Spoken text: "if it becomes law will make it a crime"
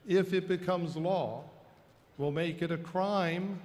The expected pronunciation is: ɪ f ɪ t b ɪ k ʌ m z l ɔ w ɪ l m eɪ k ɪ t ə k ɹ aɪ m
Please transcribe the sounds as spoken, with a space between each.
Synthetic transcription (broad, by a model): ɪ f ɪ t b ɪ k ʌ m z l ɔ w ɪ l m eɪ k ɪ t ə k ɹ aɪ m